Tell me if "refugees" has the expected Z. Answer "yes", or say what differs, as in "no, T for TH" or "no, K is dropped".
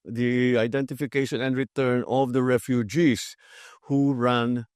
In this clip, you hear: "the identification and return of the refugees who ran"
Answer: no, S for Z